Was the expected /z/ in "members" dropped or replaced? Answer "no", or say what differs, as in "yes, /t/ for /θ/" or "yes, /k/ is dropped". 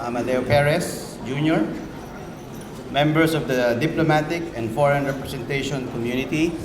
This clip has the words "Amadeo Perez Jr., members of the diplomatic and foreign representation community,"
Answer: yes, /s/ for /z/